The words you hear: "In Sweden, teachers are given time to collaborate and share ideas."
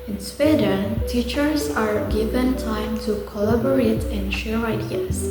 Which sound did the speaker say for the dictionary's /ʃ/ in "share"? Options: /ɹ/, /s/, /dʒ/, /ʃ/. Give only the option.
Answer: /ʃ/